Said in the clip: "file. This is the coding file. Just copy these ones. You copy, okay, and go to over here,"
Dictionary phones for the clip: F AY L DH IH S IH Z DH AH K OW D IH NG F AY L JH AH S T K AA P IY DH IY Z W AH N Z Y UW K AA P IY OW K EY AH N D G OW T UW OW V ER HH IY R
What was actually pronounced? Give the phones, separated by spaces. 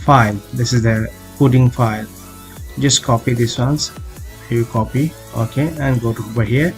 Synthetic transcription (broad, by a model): F AY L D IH S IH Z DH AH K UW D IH NG F AY L JH AH S T K AA P IY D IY S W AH N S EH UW K AA P IY OW K EY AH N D G OW T UW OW B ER HH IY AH